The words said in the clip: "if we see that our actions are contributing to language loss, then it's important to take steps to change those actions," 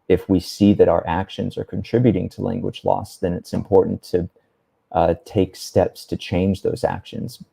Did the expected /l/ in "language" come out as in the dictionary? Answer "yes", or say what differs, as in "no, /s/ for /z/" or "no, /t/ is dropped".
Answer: yes